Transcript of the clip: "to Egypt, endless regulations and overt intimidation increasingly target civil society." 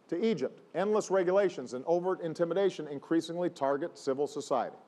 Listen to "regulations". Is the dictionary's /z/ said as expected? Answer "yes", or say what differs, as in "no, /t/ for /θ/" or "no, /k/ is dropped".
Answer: yes